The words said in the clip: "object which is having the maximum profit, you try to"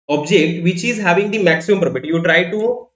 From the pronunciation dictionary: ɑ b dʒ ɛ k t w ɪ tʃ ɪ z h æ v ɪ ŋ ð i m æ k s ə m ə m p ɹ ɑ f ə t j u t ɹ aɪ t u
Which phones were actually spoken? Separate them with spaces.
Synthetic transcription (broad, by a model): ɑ b dʒ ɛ k t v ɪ tʃ ɪ z h æ v ɪ ŋ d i m æ k s ə m ə m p ɹ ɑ p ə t j u t ɹ aɪ t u